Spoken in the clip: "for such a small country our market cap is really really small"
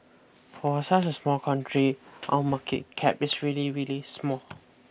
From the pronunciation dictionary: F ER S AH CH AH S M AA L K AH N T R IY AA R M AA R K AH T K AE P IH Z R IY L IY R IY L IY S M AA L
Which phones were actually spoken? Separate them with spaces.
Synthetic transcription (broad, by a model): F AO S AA S AH S M AA L K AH N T R IY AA M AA K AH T K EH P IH S R IY L IY R IY L IY S M AA L